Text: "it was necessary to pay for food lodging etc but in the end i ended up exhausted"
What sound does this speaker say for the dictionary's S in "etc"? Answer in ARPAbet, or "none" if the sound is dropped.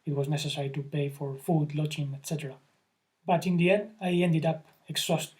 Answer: S